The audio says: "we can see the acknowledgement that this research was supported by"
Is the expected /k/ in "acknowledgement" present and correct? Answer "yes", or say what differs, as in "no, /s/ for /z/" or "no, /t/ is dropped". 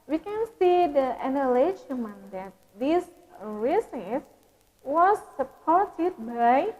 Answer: no, /k/ is dropped